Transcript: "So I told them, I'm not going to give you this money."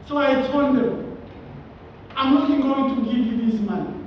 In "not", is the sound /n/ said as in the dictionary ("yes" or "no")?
no